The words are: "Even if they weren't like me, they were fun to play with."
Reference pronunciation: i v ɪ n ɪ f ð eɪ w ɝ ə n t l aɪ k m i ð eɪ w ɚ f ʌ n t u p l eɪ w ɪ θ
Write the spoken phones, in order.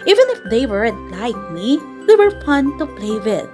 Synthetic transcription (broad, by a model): i v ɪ n ɪ f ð eɪ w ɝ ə t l aɪ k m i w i w ɚ f ʌ n t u p l eɪ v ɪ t